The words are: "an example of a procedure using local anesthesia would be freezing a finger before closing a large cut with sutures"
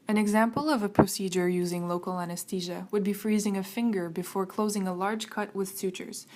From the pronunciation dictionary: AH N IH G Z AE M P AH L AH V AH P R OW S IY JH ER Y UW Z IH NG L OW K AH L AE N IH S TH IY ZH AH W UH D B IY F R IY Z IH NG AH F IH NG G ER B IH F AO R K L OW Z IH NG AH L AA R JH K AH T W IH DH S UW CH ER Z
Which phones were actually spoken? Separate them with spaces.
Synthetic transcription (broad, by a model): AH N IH G Z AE M P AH L AH V AH P R OW S IY JH ER Y UW Z IH NG L OW K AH L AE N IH S T IY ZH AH W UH D B IY F R IY Z IH NG AH F IH NG G ER B IH F AO R K L OW Z IH NG AH L AA R JH K AH T W IH DH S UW CH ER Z